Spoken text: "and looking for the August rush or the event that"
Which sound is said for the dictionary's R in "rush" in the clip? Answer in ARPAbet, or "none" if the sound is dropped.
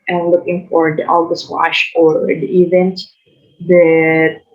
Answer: W